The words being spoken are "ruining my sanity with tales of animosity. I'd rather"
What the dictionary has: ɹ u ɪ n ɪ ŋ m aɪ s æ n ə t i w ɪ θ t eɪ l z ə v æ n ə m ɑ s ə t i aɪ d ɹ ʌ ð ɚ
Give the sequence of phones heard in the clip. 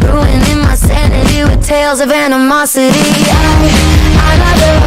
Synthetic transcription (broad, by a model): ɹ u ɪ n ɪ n m aɪ s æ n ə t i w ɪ t eɪ l z ə v æ n ə m ɑ s ə t i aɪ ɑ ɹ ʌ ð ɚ